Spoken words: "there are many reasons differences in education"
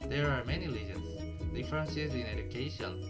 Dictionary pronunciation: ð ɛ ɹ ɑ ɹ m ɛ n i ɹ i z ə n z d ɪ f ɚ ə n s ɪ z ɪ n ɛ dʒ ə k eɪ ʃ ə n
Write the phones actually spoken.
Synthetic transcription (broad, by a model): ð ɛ ɹ ɑ ɹ m ɛ n i l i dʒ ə n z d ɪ f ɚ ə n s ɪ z ɪ n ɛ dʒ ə k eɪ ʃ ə n